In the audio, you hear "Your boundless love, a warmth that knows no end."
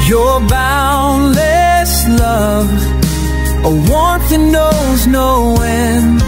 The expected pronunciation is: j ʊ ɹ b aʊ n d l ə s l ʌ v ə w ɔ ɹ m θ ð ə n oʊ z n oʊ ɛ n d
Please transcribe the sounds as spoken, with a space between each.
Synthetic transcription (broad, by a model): j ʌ ɹ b aʊ n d l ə s l ʌ v ə w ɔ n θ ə n oʊ z n oʊ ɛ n